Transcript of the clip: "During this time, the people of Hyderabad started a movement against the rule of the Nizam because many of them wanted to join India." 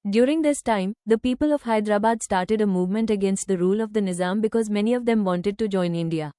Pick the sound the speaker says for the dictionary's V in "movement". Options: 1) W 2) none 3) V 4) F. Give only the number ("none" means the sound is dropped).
3